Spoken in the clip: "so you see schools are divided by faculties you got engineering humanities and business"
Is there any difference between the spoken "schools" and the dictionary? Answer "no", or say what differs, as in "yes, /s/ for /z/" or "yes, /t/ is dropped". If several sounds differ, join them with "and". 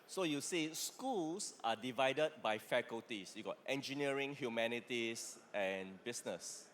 yes, /s/ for /z/